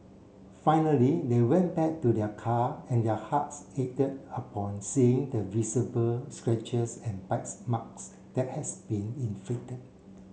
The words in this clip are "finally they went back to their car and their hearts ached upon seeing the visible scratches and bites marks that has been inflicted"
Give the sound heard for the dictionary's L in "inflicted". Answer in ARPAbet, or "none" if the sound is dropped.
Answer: none